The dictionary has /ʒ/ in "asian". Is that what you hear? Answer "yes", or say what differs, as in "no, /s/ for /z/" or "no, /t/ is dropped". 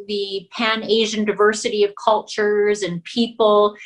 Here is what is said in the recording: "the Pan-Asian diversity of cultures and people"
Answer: yes